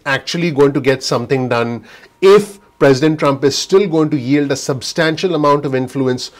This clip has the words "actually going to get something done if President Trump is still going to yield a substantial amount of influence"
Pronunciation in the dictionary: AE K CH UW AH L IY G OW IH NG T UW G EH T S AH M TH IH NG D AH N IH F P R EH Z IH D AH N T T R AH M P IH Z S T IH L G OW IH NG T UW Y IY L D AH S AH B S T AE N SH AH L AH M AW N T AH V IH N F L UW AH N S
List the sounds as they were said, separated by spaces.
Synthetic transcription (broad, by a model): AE K CH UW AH L IY G OW IH NG T UW G EH T S AH M T IH NG D AH N IH F P R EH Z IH D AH N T T R AH M P IH Z S T IH L G OW IH NG T UW Y IY L D AH S AH B S T AE N SH AH L AH M AW N T AH V IH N F L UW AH N S